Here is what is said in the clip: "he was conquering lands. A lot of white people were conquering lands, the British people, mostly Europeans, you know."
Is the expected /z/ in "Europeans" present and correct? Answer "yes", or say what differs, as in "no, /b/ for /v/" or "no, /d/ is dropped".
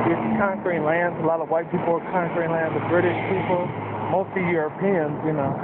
yes